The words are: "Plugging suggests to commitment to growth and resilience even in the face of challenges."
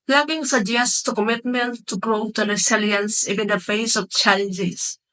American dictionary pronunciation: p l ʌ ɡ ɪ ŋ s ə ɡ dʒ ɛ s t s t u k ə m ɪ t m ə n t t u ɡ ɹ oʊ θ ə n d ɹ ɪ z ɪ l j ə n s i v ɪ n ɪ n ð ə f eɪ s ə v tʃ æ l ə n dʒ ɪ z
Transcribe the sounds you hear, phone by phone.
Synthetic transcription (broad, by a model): l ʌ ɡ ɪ ŋ s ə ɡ dʒ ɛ s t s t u k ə m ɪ t m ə n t t u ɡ ɹ oʊ t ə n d ɹ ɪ s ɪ l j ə n s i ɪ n ɪ n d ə f eɪ s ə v tʃ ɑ l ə n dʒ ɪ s